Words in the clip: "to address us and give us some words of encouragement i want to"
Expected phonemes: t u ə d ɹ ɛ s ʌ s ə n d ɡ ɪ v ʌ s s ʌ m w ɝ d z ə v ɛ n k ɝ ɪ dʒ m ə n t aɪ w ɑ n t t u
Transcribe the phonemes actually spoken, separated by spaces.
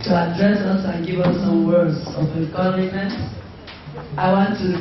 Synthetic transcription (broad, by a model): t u ə d ɹ ɛ s ʌ s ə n ɡ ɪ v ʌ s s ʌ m w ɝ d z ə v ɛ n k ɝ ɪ m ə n t aɪ w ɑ n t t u